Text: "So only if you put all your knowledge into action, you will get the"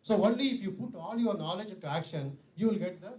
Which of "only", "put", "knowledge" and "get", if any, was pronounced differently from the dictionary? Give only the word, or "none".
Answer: none